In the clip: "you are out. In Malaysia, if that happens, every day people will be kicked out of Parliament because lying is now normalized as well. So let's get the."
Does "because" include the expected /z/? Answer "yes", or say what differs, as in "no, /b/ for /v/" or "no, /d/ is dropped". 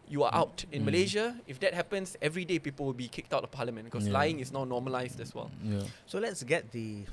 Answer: no, /s/ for /z/